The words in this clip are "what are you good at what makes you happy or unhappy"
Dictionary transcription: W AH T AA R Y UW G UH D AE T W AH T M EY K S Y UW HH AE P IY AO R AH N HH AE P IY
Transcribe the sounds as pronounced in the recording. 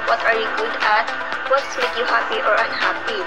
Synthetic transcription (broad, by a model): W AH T AA R Y UW G UH D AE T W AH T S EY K Y UW HH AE P IY AO R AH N HH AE P IY